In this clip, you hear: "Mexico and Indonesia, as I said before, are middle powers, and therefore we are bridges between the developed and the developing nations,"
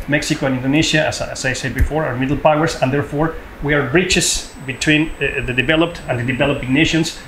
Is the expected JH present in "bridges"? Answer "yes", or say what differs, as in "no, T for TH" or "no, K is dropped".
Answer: no, CH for JH